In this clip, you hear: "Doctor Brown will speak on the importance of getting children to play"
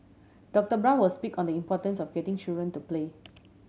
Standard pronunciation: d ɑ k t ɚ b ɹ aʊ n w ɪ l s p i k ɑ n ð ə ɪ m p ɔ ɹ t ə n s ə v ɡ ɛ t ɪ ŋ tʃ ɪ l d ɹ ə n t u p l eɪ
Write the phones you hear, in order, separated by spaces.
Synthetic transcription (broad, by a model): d ɑ k t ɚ b ɹ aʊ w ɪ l s p i k ɑ n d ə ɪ m p ɔ t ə n s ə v ɡ ɛ t ɪ ŋ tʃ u d ɹ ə n t u p l eɪ